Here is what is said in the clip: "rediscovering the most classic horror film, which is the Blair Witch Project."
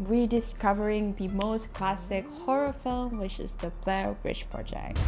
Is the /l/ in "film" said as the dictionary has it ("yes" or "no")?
yes